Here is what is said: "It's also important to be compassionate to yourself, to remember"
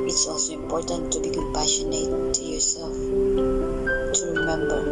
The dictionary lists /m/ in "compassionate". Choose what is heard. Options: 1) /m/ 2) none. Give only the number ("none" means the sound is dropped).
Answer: 2